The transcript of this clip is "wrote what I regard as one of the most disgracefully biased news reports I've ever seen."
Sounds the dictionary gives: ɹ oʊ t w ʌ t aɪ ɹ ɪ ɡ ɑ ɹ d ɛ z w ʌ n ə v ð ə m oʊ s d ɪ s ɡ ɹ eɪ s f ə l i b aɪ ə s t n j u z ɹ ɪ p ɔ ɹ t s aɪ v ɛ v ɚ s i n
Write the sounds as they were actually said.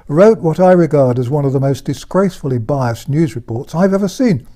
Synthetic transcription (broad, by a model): ɹ oʊ t w ʌ t aɪ ɹ ɪ ɡ ɑ ɹ d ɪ z w ʌ n ə v ð ə m oʊ s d ɪ s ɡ ɹ eɪ s f l i b aɪ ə s n j u z ɹ ɪ p ɔ ɹ t s aɪ v ɛ v ɚ s i n